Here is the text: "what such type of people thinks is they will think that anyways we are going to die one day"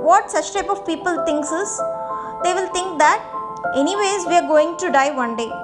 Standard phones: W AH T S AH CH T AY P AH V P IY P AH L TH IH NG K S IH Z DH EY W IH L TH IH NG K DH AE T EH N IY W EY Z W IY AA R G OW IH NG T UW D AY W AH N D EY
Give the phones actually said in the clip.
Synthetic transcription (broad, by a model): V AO T S AH CH T AY P AH V P IY P AH L T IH NG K S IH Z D EY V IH L T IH NG K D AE T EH N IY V EY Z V IY AA R G OW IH NG T UW D AY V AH N D EY